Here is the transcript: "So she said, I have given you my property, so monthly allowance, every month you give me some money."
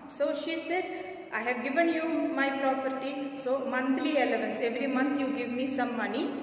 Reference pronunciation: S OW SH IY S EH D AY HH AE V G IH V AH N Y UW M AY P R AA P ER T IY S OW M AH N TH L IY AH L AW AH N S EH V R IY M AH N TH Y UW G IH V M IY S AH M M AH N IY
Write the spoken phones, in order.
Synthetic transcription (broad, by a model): S OW SH IY S EH D AY HH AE V G IH V AH N Y UW M AY P R AA P ER T IY S OW M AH N T L IY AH L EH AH N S EH V R IY M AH N T Y UW G IH V M IY S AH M M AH N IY